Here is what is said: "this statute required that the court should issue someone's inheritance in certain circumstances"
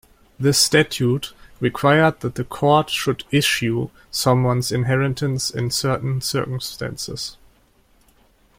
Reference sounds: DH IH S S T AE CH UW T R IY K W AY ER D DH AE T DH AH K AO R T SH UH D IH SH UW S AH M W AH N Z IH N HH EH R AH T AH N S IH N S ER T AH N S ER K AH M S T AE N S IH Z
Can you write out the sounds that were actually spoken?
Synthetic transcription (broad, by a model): DH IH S S T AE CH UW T R IY K W AY ER D DH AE T DH AH K AO R T SH UH D IH SH UW S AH M W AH N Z IH N HH EH R AH T AH N S IH N S ER T N S ER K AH M S T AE N S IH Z